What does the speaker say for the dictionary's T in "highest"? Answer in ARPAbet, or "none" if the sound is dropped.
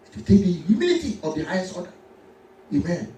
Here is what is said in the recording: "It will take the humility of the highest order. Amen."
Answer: none